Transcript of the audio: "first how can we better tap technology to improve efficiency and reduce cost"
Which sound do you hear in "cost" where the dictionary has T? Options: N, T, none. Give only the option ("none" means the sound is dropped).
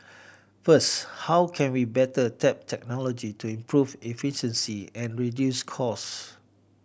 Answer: none